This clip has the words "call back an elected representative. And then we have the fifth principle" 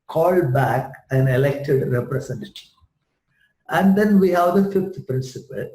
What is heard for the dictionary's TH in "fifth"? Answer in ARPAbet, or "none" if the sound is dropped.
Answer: T